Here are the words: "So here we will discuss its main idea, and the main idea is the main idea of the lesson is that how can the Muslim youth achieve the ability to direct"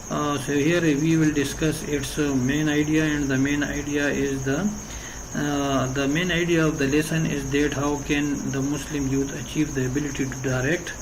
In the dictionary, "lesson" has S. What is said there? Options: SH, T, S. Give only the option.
S